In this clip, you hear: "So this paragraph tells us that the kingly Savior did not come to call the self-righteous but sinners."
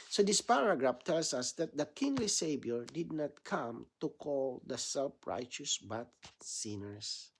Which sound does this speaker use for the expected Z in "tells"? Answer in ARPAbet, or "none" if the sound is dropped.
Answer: S